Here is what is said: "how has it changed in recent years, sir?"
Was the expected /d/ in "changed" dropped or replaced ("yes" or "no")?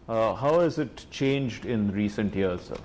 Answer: no